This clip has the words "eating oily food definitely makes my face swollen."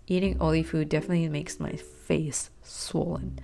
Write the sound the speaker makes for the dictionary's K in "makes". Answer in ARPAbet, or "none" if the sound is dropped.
K